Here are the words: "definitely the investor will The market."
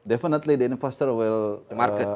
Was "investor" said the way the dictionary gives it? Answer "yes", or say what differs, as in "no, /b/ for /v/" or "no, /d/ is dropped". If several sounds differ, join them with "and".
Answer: no, /f/ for /v/